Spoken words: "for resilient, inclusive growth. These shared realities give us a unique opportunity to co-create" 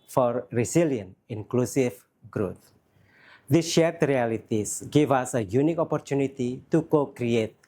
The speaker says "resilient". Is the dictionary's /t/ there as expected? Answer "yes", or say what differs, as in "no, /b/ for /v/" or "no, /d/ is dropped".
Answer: no, /t/ is dropped